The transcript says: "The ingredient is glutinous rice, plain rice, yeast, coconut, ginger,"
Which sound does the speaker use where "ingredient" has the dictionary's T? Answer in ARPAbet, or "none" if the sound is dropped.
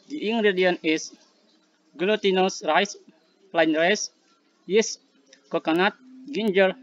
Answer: none